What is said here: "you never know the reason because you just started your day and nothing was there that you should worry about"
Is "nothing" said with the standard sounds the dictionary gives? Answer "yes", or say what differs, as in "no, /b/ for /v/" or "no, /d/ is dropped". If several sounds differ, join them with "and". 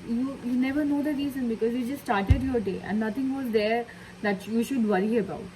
no, /t/ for /θ/